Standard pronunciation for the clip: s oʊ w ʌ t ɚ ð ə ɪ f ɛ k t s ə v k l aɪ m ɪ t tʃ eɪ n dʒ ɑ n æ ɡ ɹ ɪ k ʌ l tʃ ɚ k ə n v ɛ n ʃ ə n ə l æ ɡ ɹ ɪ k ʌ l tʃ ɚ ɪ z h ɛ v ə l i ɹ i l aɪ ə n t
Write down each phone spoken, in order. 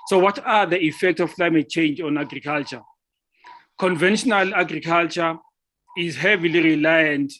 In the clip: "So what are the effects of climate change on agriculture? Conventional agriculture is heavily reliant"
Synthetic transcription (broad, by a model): s oʊ w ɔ t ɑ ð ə ɪ f ɛ k t s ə f k l aɪ m ɪ t tʃ eɪ n dʒ ɑ n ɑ ɡ ɹ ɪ k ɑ l tʃ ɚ k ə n v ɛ n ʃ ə n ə l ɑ ɡ ɹ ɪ k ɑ l tʃ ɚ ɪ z h ɛ v ə l i ɹ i l aɪ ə n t